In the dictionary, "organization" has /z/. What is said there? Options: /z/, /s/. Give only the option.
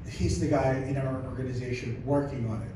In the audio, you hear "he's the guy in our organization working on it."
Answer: /z/